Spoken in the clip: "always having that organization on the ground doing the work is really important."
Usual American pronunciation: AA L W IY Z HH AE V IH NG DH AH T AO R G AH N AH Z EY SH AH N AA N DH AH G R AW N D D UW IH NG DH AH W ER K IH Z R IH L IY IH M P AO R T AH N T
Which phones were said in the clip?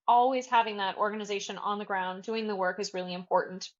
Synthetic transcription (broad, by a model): AA L W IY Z HH AE V IH NG DH AH T AO R G AH N AH Z EY SH AH N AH N DH AH G R AW N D D UW IH NG DH AH W ER K IH Z R IH L IY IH M P AO R T N T